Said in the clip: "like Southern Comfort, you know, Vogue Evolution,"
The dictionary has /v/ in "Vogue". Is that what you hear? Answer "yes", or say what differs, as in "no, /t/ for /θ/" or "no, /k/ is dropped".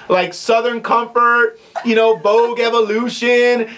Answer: no, /b/ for /v/